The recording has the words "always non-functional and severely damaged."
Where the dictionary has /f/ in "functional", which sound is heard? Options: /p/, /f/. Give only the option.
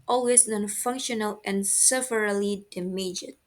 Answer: /f/